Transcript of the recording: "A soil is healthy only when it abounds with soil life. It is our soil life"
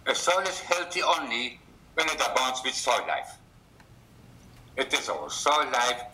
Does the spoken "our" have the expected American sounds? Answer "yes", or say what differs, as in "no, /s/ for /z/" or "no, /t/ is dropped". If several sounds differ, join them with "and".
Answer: no, /l/ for /ɹ/